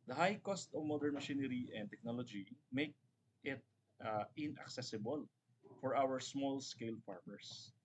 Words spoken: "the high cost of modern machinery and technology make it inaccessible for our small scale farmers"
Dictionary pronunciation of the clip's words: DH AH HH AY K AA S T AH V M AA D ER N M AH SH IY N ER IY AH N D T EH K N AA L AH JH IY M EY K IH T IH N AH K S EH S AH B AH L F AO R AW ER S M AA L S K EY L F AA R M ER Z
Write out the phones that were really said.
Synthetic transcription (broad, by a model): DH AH HH AY K AA S T AH V M AA D ER N M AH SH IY N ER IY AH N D T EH K N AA L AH JH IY M EY K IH T IH N AH K S EH S AH B AH L F AO R AW ER S M AA L S K EY L F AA R M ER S